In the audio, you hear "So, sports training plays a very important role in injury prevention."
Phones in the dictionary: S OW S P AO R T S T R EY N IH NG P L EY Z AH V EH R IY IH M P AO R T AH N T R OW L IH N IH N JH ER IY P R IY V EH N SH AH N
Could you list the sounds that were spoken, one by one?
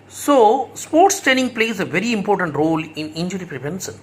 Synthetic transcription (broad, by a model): S OW S P AO R T S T EY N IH NG P L EY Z AH V EH R IY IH M P AO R T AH N T R OW L IH N IH N JH ER IY P R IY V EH N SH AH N